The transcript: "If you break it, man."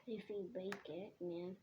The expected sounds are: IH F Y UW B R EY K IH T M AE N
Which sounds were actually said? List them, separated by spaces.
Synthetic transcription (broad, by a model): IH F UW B EY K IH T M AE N